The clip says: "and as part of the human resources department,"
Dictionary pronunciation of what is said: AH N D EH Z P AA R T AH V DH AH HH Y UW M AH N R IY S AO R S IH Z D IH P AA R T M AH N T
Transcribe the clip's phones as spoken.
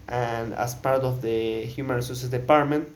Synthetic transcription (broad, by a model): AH N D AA S P AA R T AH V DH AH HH Y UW M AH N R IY S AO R S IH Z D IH P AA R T M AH N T